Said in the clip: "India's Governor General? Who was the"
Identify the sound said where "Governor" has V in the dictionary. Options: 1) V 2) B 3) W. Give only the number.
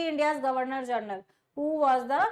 1